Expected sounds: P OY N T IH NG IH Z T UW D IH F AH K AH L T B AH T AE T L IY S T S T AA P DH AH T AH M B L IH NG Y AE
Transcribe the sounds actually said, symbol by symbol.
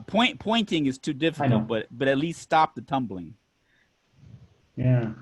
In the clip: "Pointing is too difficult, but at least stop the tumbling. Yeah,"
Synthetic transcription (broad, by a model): P OY N T IH NG IH Z T UW D IH F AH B AH T B AH T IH T L IY S T S T AA P DH AH T AH M B L IH NG Y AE